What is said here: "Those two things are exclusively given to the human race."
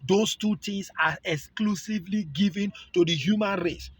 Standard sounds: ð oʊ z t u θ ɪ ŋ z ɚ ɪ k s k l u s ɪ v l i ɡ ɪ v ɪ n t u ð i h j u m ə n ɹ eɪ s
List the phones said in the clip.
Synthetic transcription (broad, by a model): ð oʊ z t u t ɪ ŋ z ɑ ɪ k s k l u s ɪ v l i ɡ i v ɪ n t u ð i h j u m ə n ɹ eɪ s